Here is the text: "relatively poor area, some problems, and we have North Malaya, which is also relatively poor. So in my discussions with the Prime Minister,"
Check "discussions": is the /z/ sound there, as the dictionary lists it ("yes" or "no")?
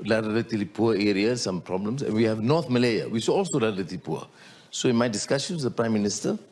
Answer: no